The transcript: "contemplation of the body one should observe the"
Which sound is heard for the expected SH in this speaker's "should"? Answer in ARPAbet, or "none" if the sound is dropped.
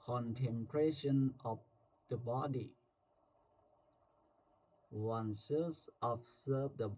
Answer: S